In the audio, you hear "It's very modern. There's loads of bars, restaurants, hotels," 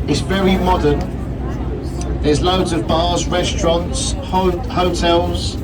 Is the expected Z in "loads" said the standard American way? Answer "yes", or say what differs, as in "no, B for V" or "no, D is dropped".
yes